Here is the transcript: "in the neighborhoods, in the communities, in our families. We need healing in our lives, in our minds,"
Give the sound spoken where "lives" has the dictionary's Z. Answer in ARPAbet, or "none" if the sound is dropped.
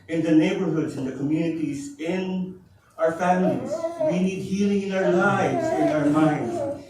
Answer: Z